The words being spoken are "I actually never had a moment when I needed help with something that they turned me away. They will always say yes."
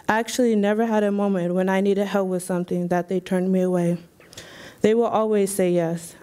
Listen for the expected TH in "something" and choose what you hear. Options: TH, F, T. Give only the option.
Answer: TH